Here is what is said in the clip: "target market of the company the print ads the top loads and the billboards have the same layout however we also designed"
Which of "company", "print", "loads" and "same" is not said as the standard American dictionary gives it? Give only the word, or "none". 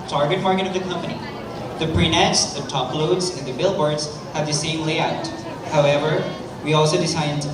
print